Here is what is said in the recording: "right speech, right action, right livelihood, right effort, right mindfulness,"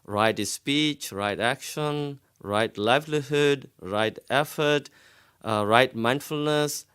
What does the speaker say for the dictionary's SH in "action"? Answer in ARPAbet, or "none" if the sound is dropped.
SH